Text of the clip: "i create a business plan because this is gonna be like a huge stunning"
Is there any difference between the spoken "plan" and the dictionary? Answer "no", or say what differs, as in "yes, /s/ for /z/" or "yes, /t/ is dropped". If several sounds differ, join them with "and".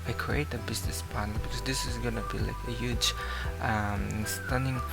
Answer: yes, /n/ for /l/ and /l/ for /n/